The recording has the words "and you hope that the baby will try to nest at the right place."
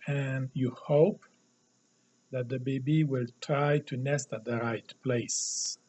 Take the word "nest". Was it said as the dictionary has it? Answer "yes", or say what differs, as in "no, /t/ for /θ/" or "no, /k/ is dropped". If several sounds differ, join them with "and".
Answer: yes